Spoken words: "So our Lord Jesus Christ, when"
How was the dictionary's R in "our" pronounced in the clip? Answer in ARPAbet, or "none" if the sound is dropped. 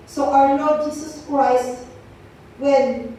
W